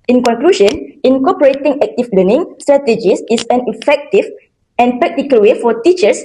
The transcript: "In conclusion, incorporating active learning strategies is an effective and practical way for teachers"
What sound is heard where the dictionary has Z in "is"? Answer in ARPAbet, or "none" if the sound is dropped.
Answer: S